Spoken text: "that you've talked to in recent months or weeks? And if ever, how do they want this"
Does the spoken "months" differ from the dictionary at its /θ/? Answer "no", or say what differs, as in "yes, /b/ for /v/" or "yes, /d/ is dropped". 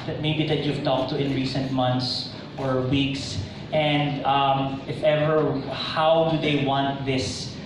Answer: yes, /t/ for /θ/